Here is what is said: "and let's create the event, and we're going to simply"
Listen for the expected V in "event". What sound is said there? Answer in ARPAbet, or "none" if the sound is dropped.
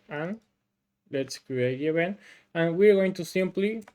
B